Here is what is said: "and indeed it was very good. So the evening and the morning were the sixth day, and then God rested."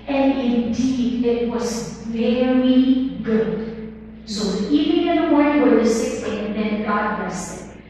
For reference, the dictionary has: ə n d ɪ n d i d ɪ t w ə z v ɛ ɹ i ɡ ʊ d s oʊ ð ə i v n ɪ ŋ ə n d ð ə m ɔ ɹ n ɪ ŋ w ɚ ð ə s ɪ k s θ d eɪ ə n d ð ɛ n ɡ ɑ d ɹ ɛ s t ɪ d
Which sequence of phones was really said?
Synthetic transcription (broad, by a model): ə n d ɪ n d i d ɪ t w ə z v ɛ ɹ i ɡ ʊ d s oʊ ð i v ɪ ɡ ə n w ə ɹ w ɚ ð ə s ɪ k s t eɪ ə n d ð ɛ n ɡ ɑ d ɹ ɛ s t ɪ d